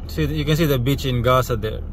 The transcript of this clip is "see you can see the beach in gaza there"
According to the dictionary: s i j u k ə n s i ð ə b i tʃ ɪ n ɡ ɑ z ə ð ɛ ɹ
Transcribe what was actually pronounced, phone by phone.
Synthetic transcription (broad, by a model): s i j u k ə n s i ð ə b i tʃ ɪ n ɡ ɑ s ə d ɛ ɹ